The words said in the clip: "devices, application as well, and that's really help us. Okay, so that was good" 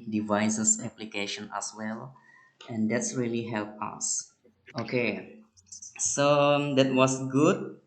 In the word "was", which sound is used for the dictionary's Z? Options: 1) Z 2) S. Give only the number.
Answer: 2